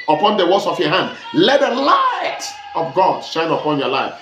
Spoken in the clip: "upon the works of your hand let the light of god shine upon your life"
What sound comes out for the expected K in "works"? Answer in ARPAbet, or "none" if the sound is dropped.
none